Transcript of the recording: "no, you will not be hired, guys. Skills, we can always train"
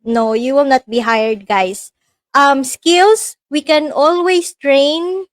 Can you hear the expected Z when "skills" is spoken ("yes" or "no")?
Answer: no